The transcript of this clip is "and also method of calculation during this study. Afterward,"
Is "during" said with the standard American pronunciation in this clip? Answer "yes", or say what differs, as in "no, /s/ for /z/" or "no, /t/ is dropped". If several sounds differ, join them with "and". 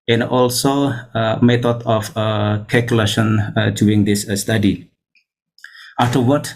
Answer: no, /ɹ/ is dropped